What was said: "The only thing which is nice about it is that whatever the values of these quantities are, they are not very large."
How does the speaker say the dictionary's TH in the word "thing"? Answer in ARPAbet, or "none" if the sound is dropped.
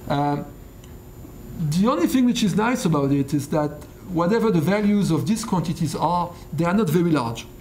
TH